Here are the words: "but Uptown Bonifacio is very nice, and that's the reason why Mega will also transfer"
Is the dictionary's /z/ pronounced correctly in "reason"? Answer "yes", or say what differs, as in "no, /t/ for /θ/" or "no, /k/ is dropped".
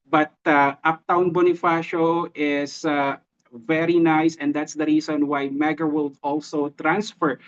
no, /s/ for /z/